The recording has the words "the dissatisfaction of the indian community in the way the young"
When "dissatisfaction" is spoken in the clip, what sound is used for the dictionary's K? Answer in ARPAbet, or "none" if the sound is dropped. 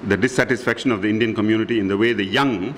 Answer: K